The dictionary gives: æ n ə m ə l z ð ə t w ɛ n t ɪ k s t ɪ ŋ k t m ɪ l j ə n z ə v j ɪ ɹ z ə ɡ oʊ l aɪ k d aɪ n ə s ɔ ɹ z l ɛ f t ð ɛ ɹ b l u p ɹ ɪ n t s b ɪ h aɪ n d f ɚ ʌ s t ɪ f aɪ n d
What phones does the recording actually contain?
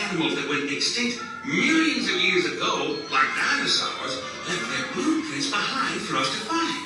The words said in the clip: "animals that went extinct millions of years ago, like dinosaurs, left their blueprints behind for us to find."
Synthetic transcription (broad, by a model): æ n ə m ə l z ð ə t w ɛ n t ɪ k s t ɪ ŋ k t m ɪ l j ə n z ə v j ɪ ɹ z ə ɡ oʊ l aɪ k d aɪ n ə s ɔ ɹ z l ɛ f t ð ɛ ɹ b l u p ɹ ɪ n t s b ɪ h aɪ n d f ɚ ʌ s t ɪ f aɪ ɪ